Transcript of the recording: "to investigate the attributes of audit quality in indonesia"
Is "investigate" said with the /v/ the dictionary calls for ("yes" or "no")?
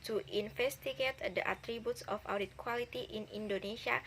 no